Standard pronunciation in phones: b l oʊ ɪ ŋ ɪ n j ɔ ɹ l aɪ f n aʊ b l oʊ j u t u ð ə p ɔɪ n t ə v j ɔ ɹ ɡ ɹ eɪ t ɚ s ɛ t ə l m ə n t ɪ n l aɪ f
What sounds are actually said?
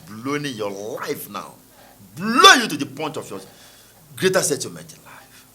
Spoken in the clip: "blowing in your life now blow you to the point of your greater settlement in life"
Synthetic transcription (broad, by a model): b l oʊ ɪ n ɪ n j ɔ l aɪ f n aʊ b l oʊ j u t u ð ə p ɔɪ n t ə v j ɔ ɡ ɹ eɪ t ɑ s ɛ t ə m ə t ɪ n l aɪ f